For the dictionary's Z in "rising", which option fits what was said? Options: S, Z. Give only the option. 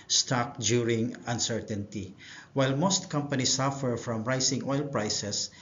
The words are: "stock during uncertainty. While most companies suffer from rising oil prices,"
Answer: S